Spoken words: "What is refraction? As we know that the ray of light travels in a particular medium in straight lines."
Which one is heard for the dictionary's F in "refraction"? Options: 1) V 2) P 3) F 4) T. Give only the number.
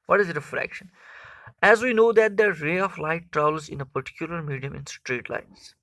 3